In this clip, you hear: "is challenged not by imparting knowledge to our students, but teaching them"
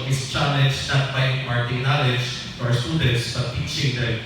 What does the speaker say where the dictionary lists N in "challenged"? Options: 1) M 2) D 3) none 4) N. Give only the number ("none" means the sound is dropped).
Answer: 3